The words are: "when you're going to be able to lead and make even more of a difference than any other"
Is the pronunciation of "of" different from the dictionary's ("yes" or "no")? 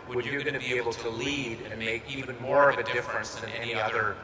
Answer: no